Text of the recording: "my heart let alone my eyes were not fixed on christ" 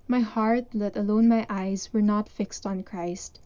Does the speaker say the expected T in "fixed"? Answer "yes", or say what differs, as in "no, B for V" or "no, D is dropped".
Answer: yes